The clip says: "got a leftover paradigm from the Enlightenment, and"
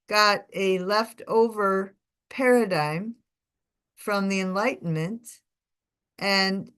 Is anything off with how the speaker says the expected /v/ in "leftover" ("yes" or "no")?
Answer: no